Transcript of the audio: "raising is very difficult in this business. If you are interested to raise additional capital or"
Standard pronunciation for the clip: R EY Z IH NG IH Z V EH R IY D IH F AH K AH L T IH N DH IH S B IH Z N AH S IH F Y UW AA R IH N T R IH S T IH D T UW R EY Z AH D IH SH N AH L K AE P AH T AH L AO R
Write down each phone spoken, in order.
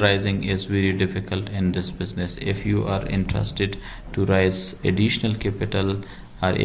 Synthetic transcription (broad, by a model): R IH Z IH NG IH Z V EH R IY D IH F AH K AH L T IH N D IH S B IH Z N AH S IH F Y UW AA R IH N T R IH S T IH D T UW R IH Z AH D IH SH N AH L K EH P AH T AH L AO R